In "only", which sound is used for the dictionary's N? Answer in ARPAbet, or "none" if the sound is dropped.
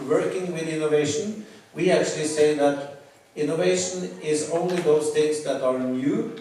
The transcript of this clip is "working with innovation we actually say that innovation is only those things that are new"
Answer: N